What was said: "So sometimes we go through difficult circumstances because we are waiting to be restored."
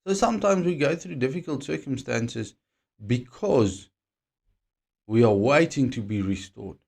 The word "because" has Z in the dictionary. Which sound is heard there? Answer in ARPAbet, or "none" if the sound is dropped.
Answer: Z